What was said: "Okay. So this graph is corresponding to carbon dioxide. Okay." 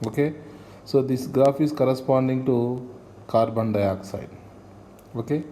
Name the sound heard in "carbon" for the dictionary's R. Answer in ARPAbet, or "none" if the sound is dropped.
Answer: R